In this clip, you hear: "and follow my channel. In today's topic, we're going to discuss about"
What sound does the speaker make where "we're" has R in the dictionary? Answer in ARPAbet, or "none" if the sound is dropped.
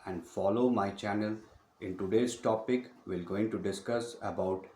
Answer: L